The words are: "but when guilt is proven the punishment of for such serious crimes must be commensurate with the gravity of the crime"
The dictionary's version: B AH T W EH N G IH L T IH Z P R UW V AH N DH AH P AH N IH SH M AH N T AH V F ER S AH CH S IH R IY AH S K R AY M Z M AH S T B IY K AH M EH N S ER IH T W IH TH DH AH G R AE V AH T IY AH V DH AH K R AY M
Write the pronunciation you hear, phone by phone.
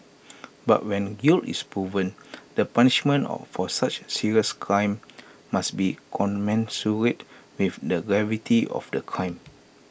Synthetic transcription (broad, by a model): B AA T W EH N G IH L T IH S P R UW V AH N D AH P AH N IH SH M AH N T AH F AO S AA CH S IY R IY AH S K R AY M M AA S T B IY K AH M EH N S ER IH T W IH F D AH G R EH V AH T IY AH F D AH K R AY M